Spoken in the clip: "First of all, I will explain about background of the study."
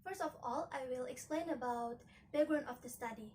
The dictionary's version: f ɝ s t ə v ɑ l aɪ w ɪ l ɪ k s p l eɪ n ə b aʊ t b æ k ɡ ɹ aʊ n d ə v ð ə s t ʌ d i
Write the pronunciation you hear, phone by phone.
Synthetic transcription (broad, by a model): f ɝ s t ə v ɑ l aɪ w ɪ l ɪ k s p l eɪ n ə b aʊ t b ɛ ɡ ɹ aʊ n ə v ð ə s t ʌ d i